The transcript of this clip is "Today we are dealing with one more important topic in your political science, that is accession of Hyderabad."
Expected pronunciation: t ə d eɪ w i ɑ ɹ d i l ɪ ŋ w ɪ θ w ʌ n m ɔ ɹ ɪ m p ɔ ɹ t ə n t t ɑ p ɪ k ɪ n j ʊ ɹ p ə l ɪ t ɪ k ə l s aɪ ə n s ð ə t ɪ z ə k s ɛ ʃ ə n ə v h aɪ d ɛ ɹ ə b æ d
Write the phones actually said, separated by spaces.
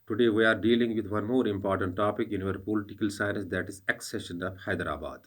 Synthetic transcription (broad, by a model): t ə d eɪ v i ɑ ɹ d i l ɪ ŋ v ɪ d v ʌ n m ɔ ɹ ɪ m p ɔ ɹ t ə n t t ɑ p ɪ k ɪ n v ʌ ɹ p ə l ɪ t ɪ k ə l s aɪ ə n s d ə t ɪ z ə k s ɛ ʃ ə n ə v h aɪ d ɹ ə b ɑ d